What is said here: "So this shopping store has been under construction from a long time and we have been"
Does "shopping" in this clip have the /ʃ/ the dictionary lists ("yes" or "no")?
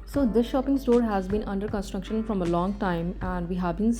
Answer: yes